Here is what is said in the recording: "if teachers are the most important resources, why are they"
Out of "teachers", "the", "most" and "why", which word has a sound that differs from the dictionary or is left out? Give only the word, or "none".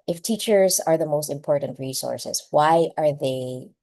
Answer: none